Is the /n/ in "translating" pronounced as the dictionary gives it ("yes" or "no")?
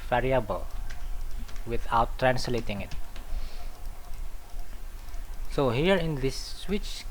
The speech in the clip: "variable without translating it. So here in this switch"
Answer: yes